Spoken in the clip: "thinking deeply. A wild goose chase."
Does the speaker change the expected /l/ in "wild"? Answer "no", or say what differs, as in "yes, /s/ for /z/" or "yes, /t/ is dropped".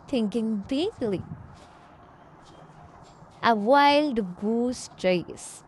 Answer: no